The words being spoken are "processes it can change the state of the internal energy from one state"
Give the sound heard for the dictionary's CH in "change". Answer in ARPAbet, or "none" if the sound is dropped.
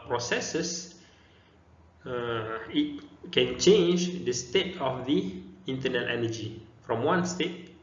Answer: CH